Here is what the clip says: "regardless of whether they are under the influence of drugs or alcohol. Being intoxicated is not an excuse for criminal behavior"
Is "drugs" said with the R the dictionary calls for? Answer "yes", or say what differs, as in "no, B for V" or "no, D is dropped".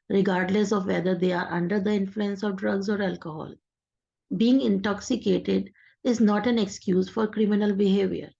yes